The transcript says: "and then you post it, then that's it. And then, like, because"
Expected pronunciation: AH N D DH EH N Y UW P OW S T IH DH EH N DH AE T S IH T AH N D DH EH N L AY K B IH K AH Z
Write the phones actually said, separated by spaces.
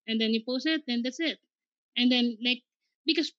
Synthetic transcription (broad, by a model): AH N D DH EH N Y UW P OW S IH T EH N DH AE T S IH T AH N D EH N L AY K B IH K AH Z